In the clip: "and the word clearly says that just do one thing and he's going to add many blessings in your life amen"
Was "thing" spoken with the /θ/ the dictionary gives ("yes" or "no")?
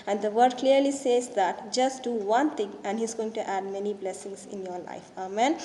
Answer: no